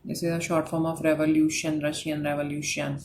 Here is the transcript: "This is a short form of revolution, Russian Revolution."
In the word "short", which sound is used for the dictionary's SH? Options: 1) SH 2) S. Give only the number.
1